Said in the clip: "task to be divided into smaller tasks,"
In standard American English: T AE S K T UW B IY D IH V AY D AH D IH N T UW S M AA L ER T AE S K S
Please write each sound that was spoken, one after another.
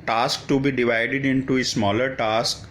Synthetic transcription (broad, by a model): T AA S K T UW B IY D IH V AY D AH D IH N T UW S M AA L ER T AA S K